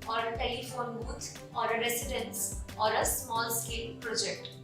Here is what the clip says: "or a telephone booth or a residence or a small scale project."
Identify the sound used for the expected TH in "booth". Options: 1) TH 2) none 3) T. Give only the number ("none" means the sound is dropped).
3